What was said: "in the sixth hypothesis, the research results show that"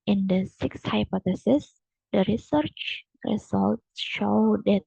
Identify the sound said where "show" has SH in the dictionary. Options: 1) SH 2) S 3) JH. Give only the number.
1